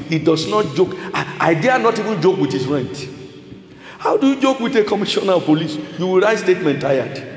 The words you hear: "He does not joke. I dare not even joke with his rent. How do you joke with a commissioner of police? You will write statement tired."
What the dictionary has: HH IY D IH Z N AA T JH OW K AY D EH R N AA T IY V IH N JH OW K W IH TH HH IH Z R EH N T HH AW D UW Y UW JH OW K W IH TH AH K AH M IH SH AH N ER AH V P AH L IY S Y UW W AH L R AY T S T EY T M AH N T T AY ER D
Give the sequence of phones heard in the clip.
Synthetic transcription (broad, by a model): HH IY D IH S N AA T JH OW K AY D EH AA N AA T IY V IH N JH OW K W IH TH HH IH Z R EH N T HH AW D UW Y UW JH OW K W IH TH AH K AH M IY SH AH N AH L P AH L IY S Y UW W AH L R AY T S T EY T M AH N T T AY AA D